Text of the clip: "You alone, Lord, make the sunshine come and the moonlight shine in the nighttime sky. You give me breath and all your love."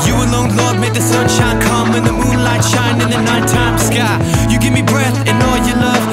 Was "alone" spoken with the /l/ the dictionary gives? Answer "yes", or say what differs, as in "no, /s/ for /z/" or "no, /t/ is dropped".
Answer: yes